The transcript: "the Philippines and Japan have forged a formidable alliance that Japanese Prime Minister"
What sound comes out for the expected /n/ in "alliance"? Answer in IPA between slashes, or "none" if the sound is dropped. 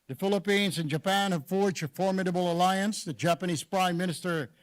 /n/